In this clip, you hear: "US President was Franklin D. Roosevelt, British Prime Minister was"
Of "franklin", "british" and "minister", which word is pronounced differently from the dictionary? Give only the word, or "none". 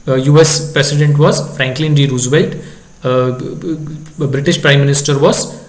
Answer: none